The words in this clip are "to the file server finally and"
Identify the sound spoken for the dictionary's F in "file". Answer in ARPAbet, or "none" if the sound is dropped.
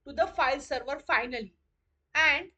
F